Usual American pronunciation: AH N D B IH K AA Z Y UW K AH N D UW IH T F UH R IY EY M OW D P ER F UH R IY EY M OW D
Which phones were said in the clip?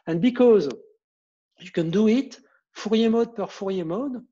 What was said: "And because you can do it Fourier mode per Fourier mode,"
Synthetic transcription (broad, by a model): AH N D B IH K AA Z Y UW K AH N D UW IH T F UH R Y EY M OW D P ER F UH R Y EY M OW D